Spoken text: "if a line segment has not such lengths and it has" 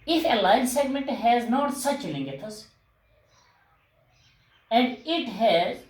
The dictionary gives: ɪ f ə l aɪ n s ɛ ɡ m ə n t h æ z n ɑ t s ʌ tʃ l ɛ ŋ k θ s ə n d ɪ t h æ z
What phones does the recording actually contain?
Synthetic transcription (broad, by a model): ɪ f ə l aɪ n s ɛ ɡ m ə n t h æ z n ɑ t s ʌ tʃ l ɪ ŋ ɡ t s ə n d ɪ t h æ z